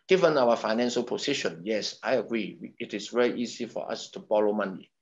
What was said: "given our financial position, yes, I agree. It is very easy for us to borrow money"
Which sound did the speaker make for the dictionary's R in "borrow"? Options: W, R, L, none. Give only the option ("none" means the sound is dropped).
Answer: L